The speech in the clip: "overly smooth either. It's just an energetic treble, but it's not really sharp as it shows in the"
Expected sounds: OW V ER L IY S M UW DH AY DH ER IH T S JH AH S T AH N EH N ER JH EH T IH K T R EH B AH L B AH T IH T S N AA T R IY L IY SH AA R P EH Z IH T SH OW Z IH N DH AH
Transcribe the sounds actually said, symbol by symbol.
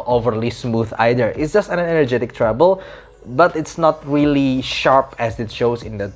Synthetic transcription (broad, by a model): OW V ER L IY S M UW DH AY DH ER IH T S JH AH S T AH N EH N ER JH EH T IH K T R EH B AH L B AH T IH T S N AA T R IY L IY SH AA R P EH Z IH T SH OW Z IH N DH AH